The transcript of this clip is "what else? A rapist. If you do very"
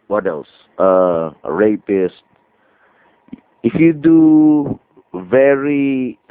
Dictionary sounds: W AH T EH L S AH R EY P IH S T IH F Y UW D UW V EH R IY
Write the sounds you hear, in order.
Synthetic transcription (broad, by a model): W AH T EH L S AH R EY P IH S T IH F Y UW D UW V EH R IY